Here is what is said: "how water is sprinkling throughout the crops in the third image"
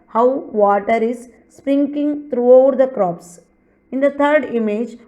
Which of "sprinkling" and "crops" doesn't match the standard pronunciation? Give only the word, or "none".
sprinkling